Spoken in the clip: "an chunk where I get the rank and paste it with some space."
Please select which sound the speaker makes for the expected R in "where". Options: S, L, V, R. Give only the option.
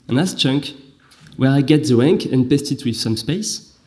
R